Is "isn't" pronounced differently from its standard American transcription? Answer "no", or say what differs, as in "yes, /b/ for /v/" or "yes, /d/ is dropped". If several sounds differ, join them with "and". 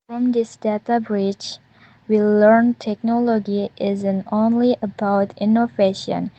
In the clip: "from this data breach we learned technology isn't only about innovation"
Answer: no